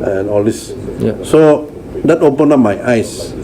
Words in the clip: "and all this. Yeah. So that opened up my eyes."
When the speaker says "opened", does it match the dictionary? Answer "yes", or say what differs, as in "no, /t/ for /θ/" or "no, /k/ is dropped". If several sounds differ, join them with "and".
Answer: no, /d/ is dropped